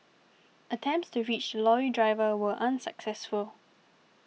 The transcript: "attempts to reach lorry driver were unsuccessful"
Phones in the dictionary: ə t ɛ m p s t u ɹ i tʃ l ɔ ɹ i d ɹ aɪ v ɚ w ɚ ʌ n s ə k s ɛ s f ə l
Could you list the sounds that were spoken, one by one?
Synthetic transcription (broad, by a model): ə t ɛ m p s t u ɹ i tʃ l ɔ i d ɹ aɪ v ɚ w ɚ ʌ n s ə k s ɛ s f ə l